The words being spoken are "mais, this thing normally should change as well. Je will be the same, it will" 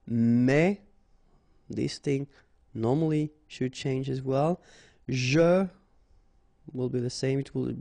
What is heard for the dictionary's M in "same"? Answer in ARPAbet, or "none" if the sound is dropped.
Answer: M